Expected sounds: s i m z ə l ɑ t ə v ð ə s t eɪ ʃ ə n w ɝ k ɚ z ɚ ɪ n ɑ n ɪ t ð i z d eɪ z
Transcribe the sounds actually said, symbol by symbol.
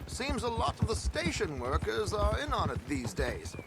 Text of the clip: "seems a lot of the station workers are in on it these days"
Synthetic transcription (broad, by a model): s i m z ə l ɑ t ə v ð ə s t eɪ ʃ ə n w ɝ k ɚ z ɚ ɪ n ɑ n ɪ t ð i z d eɪ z